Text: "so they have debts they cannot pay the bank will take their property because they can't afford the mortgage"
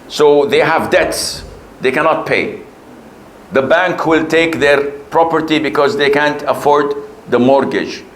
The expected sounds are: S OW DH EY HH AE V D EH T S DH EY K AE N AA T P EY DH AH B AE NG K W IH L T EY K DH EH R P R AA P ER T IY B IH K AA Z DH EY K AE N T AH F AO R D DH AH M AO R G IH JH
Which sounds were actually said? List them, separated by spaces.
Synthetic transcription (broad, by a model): S OW DH EY HH AE V D EH T S DH EY K AE N AA T P EY DH AH B AE NG K W IH L T EY K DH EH R P R AA P ER T IY B IH K AA Z DH EY K AE N T AH F AO R D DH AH M AO R G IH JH